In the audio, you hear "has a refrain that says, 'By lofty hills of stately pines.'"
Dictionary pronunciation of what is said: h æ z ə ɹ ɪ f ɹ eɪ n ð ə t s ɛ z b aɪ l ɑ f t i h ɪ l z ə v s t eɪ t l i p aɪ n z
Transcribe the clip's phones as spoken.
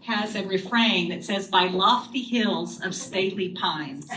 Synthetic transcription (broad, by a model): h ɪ z ə ɹ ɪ f ɹ eɪ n ð ə t s ɛ z b aɪ l ɑ f t i h ɪ l z ə v s t eɪ t l i p aɪ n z